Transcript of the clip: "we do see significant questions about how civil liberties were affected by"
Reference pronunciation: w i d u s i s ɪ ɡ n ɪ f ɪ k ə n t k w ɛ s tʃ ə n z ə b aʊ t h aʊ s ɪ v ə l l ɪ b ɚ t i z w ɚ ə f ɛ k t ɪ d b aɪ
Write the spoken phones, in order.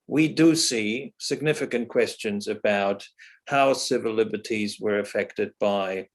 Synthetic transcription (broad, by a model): w i d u s i s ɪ ɡ n ɪ f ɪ k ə n k w ɛ s tʃ ə n z ə b aʊ t h aʊ s ɪ v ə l l ɪ b ɚ t i z w ɚ ə f ɛ k t ɪ d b aɪ